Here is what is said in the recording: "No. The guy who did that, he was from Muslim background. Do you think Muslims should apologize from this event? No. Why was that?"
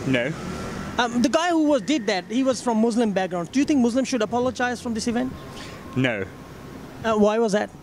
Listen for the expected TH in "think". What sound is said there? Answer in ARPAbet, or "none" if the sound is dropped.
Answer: T